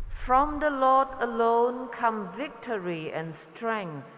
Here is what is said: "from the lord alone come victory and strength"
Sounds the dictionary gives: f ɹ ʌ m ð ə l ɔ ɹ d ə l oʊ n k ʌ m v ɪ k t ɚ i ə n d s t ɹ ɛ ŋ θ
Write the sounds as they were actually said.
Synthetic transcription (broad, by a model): f ɹ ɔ m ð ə l ɔ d ə l oʊ n k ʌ m v ɪ k t ɚ i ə n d s t ɹ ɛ ŋ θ